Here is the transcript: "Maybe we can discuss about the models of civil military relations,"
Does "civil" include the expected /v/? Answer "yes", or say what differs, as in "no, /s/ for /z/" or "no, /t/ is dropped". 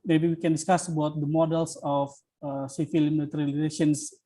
no, /f/ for /v/